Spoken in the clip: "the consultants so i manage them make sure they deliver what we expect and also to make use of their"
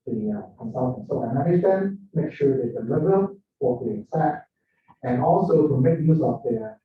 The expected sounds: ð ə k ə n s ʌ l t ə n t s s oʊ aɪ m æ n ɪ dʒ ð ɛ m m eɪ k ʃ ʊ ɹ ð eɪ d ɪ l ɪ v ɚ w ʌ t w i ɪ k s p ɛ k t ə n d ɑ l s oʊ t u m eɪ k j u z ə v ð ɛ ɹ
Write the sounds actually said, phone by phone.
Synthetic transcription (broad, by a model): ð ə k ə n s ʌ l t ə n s s oʊ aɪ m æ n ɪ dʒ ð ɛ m m eɪ k ʃ ʊ ɹ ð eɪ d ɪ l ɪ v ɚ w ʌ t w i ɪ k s ɛ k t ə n ɑ l s oʊ t u m eɪ k j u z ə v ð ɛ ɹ